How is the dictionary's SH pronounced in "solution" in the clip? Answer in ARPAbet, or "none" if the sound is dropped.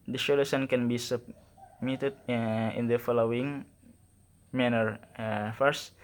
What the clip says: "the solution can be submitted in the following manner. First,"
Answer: S